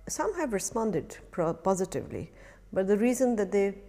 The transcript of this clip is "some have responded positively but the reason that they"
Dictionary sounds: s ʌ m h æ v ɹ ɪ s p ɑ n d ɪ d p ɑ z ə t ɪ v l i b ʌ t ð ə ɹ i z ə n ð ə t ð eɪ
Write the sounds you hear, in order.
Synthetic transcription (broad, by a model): s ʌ m h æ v ɹ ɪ s p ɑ n d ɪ d p ɑ z ə t ɪ v l i b ʌ t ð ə ɹ i z ə n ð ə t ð eɪ